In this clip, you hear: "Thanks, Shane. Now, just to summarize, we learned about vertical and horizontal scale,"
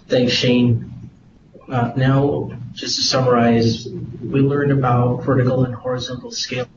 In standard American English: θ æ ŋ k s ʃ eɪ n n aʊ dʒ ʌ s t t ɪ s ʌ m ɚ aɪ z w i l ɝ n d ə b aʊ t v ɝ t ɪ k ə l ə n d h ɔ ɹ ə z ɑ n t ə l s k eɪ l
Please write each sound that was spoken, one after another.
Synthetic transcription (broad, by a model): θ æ ŋ k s ʃ eɪ n n aʊ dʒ ʌ s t t ɪ s ʌ m ɚ aɪ z w i l ɝ n d ə b aʊ t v ɝ t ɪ k l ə n h ɔ ɹ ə z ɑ n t l s k eɪ